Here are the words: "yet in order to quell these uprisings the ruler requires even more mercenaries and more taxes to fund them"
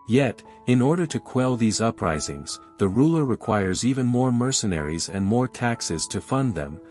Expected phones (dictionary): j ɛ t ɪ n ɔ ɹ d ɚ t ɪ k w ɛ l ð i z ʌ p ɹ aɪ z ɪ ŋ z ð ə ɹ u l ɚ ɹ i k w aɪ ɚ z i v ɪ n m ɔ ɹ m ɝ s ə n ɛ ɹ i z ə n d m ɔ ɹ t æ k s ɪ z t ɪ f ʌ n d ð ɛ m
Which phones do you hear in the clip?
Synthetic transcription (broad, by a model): j ɛ t ɪ n ɔ ɹ d ɚ t ɪ k w ɛ l ð i z ʌ p ɹ aɪ z ɪ ŋ z ð ə ɹ u l ɚ ɹ i k w aɪ ɚ z i v ɪ n m ɔ ɹ m ɝ s ə n ɛ ɹ i z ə n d m ɔ ɹ t æ k s ɪ z t ɪ f ʌ n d ð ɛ m